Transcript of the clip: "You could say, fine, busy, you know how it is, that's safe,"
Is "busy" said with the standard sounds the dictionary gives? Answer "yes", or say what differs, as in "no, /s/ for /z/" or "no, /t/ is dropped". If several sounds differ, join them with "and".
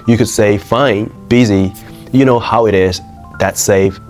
yes